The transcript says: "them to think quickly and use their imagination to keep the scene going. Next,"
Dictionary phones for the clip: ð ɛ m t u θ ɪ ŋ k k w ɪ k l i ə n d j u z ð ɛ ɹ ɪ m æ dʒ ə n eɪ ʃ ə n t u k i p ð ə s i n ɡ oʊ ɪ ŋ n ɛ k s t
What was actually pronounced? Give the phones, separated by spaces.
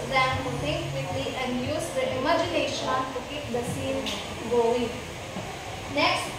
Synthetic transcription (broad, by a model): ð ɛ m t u t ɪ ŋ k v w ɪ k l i ə n d j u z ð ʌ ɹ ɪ m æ dʒ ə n eɪ ʃ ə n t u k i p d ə s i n ɡ oʊ ɪ ŋ n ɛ k s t